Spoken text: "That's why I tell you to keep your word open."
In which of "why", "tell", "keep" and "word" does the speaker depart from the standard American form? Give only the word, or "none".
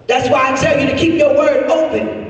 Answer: tell